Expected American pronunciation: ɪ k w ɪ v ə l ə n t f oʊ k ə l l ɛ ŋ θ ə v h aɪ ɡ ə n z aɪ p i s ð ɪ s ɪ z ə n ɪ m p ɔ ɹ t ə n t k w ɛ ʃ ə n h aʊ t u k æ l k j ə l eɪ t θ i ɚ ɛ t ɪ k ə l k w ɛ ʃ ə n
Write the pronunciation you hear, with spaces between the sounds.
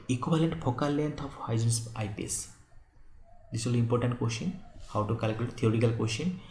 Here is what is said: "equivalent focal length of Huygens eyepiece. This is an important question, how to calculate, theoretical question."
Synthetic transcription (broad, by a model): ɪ k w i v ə l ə n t p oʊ k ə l l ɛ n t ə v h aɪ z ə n s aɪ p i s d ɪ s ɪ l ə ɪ m p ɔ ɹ t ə n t k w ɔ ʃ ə n h aʊ t u k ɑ l k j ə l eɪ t t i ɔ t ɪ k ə l k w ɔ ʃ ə n